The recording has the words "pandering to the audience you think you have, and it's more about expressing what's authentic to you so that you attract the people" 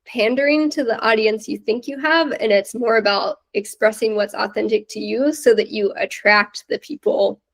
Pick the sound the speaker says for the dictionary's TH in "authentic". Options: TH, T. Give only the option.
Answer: TH